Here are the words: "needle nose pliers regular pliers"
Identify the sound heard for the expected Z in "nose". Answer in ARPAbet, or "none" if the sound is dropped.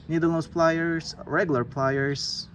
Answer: S